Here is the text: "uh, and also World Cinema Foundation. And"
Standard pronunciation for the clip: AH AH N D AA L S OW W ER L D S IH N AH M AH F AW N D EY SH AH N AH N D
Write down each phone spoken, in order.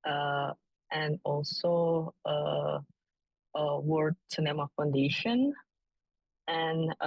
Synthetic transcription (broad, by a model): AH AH N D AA L S OW W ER D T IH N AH M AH F AW N D EY SH AH N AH N